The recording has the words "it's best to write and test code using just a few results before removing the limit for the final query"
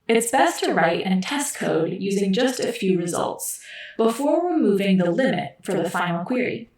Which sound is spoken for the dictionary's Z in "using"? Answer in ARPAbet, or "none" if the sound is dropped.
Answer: Z